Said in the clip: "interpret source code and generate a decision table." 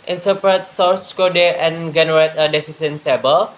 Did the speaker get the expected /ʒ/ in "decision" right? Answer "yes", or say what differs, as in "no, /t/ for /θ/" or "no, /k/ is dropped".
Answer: no, /s/ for /ʒ/